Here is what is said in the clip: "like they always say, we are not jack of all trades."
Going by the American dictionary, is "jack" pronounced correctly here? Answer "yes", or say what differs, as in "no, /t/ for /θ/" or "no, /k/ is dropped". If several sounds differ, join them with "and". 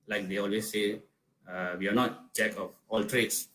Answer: no, /tʃ/ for /dʒ/